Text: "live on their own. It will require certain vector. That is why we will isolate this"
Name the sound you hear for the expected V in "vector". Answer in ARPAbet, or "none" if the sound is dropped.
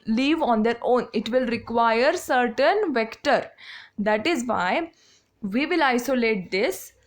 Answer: V